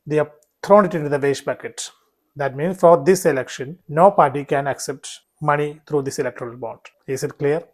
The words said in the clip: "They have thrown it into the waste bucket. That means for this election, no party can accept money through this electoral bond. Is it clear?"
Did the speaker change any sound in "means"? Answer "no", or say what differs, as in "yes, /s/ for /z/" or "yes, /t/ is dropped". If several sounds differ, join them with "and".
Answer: yes, /z/ is dropped